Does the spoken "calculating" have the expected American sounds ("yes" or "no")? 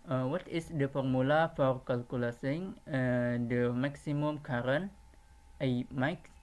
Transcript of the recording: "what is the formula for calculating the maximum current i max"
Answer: no